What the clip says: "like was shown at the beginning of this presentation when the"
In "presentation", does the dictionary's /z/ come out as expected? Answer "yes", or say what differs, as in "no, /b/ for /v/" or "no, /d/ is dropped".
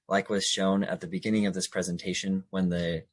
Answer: yes